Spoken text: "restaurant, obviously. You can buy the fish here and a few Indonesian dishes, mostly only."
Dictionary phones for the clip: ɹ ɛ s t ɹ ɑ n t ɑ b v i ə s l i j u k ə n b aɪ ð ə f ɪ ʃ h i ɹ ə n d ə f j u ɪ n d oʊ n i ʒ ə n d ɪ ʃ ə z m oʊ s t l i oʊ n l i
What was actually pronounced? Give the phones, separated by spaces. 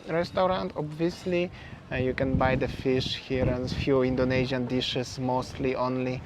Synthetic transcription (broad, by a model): ɹ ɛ s t ɹ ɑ n t ɑ b v i ə s l i j u k ə n b aɪ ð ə f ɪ ʃ h i ɹ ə n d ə f j u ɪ n d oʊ n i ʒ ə n d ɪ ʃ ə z m oʊ s t l i oʊ n l i